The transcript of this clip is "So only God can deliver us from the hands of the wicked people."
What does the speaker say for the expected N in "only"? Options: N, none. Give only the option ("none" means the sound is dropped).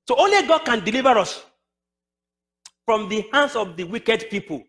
N